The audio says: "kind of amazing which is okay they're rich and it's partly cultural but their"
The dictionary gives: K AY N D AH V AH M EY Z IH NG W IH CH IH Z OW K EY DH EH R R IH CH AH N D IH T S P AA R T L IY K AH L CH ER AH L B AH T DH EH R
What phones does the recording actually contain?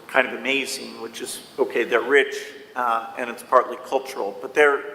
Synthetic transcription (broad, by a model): K AY N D AH V AH M EY Z IH NG W IH CH IH Z OW K EY DH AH R R IH CH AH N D IH T S P AA R T L IY K AH L CH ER L B AH T DH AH R